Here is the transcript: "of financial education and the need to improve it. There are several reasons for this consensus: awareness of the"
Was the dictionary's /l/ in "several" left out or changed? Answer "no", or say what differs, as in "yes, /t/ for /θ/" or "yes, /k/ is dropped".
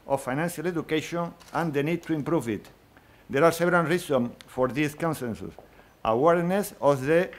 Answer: yes, /n/ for /l/